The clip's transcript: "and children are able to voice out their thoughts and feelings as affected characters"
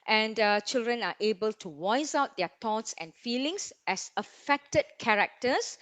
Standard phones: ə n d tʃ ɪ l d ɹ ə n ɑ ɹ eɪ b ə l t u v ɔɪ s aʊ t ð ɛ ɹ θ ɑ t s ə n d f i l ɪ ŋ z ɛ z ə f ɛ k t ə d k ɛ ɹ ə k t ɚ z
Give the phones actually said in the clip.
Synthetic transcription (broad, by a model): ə n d tʃ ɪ l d ɹ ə n ɑ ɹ eɪ b ə l t u w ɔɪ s aʊ t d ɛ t ɑ t s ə n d f i l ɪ ŋ s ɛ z ə f ɛ k t ə d k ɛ ɹ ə k t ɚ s